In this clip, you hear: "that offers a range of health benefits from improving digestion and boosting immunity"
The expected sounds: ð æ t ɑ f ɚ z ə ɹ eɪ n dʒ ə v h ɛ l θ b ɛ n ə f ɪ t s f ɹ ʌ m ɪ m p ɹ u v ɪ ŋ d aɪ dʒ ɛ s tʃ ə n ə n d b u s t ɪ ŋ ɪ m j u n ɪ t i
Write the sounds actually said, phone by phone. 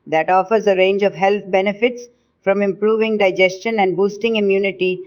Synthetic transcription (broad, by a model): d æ t ɑ f ɚ z ə ɹ eɪ n dʒ ə v h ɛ l t b ɛ n ə f ɪ t s f ɹ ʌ m ɪ m p ɹ u v ɪ ŋ d aɪ dʒ ɛ s tʃ ə n ə n d b u s t ɪ ŋ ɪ m j u n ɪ t i